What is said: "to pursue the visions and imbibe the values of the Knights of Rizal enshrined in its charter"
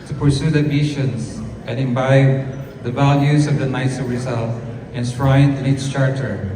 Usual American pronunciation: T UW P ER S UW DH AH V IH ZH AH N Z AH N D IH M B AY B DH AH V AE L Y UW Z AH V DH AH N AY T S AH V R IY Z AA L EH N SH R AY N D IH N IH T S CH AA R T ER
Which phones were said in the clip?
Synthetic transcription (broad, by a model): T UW P ER S UW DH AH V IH SH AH N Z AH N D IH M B AY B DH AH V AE L Y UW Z AH V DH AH N AY T S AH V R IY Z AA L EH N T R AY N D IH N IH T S CH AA R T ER